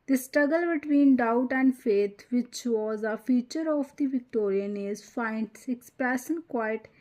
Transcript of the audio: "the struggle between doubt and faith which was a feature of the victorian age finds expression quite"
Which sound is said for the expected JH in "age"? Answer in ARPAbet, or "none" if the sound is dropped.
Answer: Z